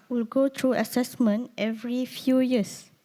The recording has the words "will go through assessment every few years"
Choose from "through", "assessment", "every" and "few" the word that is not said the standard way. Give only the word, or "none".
through